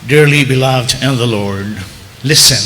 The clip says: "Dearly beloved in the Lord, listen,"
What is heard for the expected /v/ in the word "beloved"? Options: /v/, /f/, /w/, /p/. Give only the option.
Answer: /v/